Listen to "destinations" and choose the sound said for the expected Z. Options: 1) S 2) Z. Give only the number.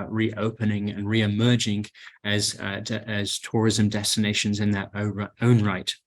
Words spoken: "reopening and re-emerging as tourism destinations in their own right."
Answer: 2